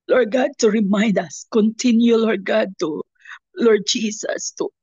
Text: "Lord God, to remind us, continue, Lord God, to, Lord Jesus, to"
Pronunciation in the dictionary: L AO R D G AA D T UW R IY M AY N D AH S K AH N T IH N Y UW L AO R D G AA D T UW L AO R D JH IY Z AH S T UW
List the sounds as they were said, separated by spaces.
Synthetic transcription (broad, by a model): L AO R G AA D T UW R IY M AY N D AH S K AH N T IH N Y UW L AO R G AA D T UW L AO R D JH IY S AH S T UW